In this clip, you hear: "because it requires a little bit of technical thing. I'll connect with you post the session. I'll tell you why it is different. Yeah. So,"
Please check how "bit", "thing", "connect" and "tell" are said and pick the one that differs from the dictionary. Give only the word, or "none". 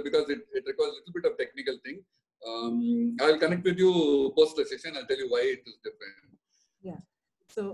thing